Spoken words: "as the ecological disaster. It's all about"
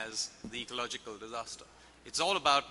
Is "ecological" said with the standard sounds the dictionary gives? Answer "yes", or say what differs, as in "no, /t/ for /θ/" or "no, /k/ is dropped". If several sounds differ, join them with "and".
yes